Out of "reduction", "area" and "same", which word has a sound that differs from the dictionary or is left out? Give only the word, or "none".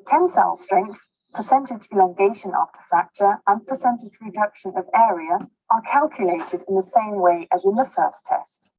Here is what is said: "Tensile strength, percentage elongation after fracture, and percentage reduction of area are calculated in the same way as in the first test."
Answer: none